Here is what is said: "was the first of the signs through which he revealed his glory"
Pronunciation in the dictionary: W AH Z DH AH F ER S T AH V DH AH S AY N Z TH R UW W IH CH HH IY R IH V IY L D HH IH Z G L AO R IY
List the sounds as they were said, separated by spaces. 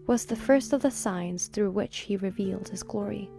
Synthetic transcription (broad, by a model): W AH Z DH AH F ER S T AH V DH AH S AY N Z TH R UW W IH CH HH IY R IH V IY L D HH IH Z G L AO R IY